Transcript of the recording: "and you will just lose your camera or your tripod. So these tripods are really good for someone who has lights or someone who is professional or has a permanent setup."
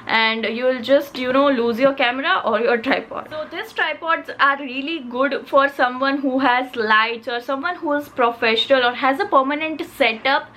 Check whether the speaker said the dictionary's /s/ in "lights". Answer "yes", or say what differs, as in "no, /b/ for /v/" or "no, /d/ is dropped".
no, /s/ is dropped